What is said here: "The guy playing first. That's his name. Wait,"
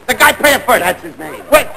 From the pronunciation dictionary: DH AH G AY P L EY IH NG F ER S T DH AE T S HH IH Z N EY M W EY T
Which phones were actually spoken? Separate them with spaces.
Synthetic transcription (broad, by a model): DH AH G AY P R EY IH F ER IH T DH AE T S HH IH Z N EY M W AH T